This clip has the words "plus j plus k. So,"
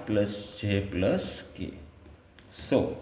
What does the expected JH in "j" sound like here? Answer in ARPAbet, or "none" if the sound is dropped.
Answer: CH